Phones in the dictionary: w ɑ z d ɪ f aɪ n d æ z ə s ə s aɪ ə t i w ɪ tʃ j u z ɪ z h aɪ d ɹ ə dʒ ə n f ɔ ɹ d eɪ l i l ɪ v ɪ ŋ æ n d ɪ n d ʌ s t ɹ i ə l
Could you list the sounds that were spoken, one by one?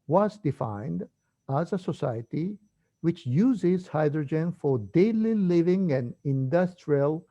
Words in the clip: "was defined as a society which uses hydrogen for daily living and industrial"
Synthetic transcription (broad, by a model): w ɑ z d ɪ f aɪ n d æ z ə s ə s aɪ ə t i w ɪ tʃ j u z ɪ z h aɪ d ɹ ə dʒ ə n f ɔ ɹ d eɪ l i l ɪ v ɪ ŋ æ n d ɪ n d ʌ s t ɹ i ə l